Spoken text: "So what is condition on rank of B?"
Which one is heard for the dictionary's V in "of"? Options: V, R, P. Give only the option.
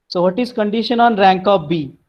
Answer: P